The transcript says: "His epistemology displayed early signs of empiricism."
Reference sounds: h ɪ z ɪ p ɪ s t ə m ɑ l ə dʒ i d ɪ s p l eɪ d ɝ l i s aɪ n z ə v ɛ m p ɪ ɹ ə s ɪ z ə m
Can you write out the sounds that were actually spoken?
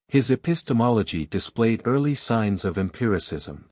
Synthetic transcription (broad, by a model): h ɪ z ɪ p ɪ s t ə m ɑ l ə dʒ i d ɪ s p l eɪ d ɝ l i s aɪ n z ə v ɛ m p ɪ ɹ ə s ɪ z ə m